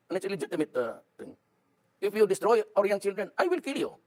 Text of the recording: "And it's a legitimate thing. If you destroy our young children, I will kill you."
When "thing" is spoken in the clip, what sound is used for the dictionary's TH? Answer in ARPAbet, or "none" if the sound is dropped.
T